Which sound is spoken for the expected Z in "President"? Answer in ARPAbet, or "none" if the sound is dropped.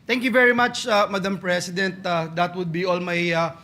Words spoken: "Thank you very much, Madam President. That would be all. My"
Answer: S